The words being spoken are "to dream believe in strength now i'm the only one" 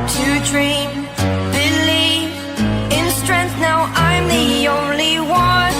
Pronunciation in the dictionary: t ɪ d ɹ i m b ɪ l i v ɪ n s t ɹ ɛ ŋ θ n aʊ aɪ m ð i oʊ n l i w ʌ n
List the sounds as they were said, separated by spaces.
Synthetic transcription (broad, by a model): t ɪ d ɹ i m b ɪ l i v ɪ n s t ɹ ɛ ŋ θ n aʊ aɪ m ð i oʊ n l i w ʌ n